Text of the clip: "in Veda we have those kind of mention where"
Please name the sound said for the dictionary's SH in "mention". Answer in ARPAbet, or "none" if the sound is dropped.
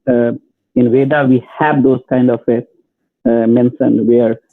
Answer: S